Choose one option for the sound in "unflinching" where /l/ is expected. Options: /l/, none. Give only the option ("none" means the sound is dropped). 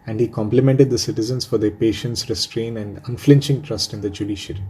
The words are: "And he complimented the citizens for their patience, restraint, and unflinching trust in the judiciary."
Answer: /l/